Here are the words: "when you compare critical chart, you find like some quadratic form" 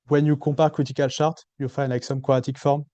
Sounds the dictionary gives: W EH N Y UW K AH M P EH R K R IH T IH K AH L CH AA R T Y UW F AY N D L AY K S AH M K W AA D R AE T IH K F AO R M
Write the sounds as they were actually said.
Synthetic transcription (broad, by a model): W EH N Y UW K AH P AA R K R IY T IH K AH L SH AA R T Y UW F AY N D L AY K S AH M K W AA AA T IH K F AO R M